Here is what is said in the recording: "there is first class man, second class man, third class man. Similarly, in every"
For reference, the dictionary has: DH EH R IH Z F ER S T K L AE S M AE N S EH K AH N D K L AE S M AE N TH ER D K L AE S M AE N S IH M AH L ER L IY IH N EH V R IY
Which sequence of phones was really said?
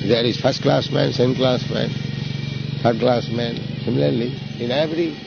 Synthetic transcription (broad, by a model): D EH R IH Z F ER S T K L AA S M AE N S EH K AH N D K L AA S M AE N T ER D K L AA S M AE N S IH M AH L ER L IY IH N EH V R IY